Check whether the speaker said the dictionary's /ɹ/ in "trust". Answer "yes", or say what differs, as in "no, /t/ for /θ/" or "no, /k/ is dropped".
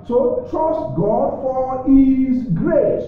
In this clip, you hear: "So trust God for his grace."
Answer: yes